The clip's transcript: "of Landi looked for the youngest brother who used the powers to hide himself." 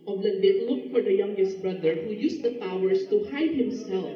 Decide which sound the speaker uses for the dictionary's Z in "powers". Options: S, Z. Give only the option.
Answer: S